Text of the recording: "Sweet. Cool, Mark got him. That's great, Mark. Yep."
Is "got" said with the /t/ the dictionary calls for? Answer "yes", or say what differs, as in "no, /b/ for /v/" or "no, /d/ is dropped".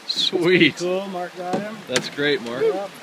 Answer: no, /t/ is dropped